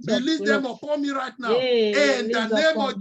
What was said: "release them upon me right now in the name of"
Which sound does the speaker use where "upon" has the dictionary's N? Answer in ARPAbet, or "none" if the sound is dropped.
L